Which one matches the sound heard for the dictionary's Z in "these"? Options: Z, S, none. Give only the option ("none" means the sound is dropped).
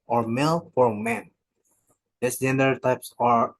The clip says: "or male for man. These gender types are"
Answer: S